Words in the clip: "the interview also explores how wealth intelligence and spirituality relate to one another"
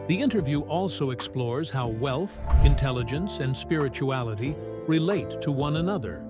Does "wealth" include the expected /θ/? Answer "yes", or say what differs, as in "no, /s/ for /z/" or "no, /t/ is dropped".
yes